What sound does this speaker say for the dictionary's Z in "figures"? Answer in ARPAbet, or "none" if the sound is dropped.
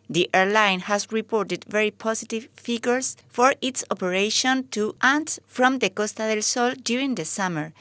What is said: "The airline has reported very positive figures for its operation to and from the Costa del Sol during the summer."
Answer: S